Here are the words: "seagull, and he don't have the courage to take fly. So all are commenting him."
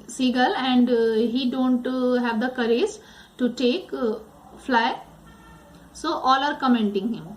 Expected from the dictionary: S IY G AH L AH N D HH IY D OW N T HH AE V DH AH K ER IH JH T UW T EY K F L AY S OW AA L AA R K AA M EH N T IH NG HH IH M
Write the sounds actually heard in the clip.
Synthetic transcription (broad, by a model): S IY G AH L AH N D HH IY D OW N T HH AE V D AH K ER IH Z T UW T EY K F L AY S OW AA L AA R K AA M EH N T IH NG HH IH M